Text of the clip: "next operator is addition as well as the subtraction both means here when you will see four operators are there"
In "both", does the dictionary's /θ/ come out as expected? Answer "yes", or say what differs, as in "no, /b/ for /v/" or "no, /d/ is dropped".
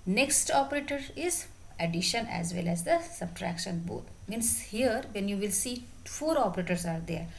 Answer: no, /t/ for /θ/